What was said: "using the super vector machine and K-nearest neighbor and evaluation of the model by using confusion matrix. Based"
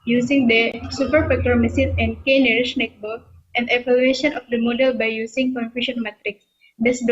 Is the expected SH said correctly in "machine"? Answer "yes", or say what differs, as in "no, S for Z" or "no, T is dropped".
no, S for SH